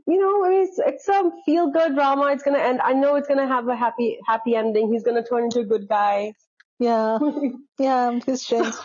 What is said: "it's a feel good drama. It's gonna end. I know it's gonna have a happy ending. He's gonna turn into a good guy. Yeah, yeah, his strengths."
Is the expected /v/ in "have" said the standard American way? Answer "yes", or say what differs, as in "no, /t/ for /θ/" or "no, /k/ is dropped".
no, /p/ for /v/